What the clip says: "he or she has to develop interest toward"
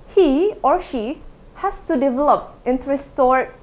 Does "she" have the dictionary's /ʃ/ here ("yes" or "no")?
yes